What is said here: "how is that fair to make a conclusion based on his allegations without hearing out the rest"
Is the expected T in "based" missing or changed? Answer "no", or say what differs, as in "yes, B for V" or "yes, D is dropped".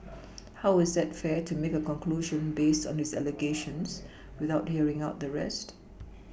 no